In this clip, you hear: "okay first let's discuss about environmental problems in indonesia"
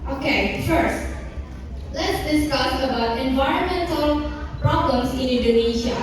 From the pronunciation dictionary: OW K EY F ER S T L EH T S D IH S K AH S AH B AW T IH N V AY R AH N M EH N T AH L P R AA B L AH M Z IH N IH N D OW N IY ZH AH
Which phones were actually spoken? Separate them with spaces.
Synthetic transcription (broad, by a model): OW K EY F ER S T L EH T S D IH S K AH S AH B AW T IH N V AY R AH N M EH N T AH L P R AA B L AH M S IH N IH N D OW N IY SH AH